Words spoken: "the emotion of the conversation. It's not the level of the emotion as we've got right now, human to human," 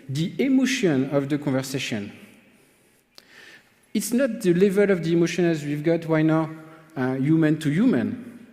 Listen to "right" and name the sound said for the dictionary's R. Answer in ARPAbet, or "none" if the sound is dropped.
W